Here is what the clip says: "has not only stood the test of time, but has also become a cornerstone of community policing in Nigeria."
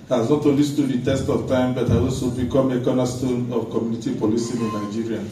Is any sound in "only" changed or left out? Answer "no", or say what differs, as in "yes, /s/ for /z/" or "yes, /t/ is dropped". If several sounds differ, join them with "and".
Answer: yes, /n/ is dropped